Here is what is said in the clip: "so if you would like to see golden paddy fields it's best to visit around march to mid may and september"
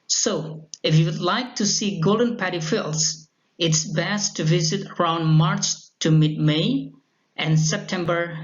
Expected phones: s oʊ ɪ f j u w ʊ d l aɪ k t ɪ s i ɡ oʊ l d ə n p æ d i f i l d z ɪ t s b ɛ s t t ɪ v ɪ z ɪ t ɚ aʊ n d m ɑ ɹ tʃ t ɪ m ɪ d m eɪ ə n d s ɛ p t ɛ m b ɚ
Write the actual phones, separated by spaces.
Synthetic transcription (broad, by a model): s oʊ ɪ f j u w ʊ d l aɪ k t ɪ s i ɡ oʊ l d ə n p æ d i f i l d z ɪ t s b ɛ s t t ɪ v ɪ z ɪ t ɚ aʊ n d m ɑ ɹ tʃ t ɪ m ɪ d m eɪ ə n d s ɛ p t ɛ m b ɚ